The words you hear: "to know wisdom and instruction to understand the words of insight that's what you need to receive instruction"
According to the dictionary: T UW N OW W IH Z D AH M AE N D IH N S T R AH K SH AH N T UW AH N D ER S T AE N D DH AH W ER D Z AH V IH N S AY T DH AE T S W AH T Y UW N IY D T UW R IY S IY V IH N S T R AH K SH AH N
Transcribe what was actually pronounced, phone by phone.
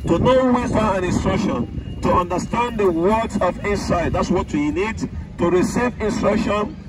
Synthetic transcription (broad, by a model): T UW N OW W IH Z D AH AE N IH N S T R AH K SH AH N T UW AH N D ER S T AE N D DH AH W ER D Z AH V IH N S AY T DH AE T S W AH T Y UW N IY D T UW R IY S IY V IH N S T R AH K SH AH N